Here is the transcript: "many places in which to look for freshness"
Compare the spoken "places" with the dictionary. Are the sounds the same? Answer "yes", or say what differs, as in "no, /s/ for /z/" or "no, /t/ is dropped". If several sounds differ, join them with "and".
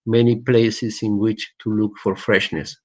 no, /s/ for /z/